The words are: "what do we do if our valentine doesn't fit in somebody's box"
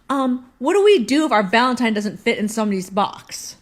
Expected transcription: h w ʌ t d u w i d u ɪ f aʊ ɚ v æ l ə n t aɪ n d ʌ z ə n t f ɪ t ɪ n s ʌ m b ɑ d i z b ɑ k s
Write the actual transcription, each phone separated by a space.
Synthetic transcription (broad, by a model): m w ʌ t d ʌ w i d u ɪ f aʊ ɚ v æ l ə n t aɪ n d ʌ z ə n t f ɪ t ɪ n s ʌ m ʌ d i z b ɑ k s